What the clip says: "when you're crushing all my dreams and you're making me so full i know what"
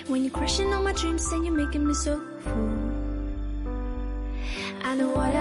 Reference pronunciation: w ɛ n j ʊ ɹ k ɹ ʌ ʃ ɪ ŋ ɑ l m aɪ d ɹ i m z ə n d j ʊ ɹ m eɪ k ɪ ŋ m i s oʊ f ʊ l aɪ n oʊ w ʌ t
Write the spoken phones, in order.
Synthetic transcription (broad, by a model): w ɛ n j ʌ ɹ k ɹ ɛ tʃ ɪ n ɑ n m aɪ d ɹ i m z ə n j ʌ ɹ m eɪ k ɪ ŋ m i s oʊ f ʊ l aɪ n oʊ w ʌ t